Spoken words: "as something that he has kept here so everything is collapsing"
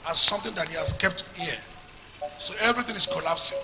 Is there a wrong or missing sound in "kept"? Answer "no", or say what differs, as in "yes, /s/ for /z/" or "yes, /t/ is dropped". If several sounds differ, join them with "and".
no